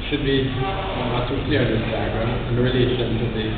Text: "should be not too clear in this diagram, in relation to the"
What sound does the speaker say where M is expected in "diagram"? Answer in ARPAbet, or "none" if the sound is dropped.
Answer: none